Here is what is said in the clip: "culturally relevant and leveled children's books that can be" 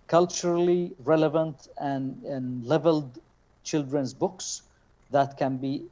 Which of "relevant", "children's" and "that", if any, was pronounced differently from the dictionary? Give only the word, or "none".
none